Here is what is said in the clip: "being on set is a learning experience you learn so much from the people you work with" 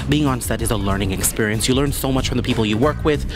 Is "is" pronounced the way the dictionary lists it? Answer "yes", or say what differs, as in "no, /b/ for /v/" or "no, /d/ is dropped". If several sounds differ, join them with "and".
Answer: yes